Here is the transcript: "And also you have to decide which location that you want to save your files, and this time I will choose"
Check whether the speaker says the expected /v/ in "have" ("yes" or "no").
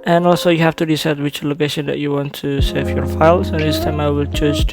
no